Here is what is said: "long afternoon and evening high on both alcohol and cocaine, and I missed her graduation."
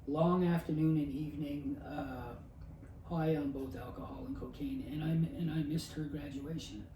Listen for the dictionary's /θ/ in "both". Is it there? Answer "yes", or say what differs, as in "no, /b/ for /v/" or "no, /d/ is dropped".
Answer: yes